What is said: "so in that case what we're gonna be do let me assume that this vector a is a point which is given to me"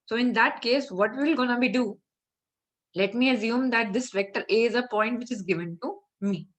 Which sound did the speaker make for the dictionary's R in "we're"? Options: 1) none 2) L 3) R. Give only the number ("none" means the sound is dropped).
2